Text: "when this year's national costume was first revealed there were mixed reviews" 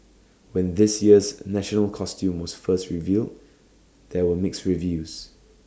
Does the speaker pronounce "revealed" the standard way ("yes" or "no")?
yes